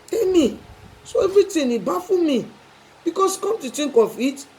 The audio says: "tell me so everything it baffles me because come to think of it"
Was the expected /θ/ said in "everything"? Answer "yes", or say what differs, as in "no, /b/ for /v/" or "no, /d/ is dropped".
no, /t/ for /θ/